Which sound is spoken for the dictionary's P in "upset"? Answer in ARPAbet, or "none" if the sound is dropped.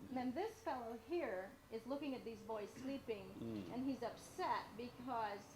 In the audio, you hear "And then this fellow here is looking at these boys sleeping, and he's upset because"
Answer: P